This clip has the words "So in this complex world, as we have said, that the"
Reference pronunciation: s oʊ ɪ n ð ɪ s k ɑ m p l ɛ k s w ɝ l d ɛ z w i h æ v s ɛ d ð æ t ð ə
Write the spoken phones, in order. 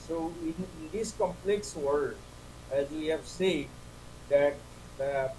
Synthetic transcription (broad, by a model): s oʊ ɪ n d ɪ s k ɑ m p l ɛ k s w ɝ d ɛ z w i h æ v s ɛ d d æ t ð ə